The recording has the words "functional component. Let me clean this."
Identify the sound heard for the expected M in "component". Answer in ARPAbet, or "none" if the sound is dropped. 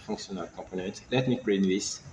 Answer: none